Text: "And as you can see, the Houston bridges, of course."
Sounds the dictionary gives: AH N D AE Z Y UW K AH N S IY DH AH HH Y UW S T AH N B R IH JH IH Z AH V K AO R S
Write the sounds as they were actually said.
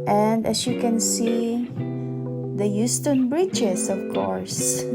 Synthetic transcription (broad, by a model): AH N D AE S Y UW K AH N S IY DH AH Y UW S T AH N B R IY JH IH S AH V K AO R S